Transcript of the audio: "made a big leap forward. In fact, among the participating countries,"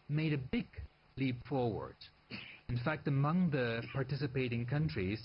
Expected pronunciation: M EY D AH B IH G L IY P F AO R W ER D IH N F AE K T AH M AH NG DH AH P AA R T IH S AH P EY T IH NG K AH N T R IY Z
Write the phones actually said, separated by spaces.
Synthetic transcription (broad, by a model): M EY D AH B IH G L IY P F AO R W ER D IH N F AE K T AH M AH NG DH AH P AA R T IH S AH P EY T IH NG K AH N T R IY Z